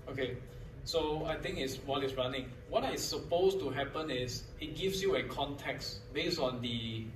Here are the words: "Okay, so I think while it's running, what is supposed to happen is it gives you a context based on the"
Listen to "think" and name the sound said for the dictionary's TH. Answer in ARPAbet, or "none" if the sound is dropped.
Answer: T